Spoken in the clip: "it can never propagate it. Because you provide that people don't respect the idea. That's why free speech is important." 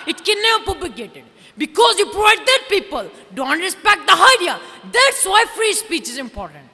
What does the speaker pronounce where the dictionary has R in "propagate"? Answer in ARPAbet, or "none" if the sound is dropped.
none